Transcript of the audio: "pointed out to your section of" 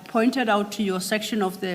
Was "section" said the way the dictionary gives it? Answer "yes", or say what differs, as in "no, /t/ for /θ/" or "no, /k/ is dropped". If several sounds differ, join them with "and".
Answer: yes